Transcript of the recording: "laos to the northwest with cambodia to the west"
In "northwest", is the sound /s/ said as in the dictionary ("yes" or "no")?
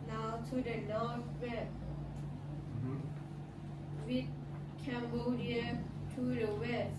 no